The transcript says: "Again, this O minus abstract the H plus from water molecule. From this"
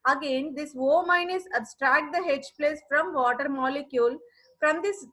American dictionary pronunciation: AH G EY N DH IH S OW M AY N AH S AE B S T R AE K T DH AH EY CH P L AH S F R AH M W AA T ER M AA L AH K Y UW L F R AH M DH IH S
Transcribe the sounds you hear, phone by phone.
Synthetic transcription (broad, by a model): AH G EY N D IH S OW M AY N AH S AE B S T R AE K T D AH EY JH P L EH S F R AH M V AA T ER M AA L AH K Y UW L F R AH M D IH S